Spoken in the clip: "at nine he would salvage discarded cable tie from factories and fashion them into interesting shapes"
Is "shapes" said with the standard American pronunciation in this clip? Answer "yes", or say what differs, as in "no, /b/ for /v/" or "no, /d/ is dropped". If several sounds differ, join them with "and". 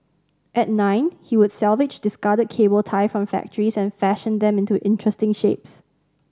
yes